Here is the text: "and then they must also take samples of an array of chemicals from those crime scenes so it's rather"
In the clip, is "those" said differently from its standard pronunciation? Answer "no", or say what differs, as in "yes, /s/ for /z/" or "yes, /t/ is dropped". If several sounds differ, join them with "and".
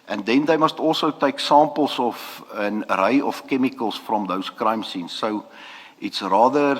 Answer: yes, /s/ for /z/